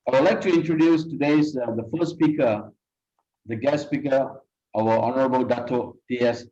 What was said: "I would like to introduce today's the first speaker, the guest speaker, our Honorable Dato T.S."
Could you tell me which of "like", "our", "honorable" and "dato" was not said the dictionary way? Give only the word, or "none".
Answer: our